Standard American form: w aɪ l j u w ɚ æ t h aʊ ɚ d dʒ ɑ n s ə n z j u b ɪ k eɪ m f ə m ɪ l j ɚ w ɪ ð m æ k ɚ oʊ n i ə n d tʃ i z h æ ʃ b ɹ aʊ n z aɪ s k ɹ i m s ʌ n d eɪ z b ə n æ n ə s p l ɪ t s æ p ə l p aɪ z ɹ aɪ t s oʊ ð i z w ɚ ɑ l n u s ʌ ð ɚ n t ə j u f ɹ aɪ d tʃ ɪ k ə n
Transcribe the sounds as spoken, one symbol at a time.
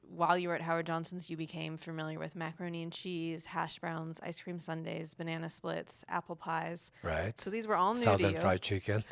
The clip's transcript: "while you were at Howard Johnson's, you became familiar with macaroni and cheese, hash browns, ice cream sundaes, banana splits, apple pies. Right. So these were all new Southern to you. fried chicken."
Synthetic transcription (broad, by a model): w aɪ l j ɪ w ɚ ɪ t h aʊ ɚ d dʒ ɑ n s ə n z j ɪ b ɪ k eɪ m f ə m ɪ l j ɚ w ɪ ð m æ k ɚ oʊ n i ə n tʃ i z h æ ʃ b ɹ aʊ n z aɪ s k ɹ i m s ʌ n d eɪ z b ə n æ n ə s p l ɪ t s æ p l p aɪ z ɹ aɪ t s oʊ ð i z w ɚ ɑ l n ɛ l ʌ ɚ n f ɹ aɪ tʃ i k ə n